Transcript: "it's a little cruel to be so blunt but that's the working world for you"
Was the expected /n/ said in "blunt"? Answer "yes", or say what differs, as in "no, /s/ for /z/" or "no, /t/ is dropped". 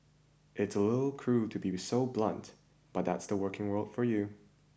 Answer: yes